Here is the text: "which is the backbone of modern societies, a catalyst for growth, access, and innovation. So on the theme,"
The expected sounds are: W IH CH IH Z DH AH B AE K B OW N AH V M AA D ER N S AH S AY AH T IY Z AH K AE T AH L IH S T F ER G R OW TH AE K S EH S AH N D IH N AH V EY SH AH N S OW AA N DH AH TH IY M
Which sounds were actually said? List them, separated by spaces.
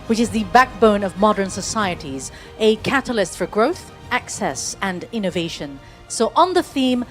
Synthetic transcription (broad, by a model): W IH CH IH Z DH AH B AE K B OW N AH V M AA D ER N S AH S AY AH T IY Z AH K AE T AH L IH S T F ER G R OW TH AE K S EH S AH N IH N AH V EY SH AH N S OW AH N DH AH TH IY M